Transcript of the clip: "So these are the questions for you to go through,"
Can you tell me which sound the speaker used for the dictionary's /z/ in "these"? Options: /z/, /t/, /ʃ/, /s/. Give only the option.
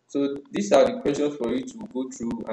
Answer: /s/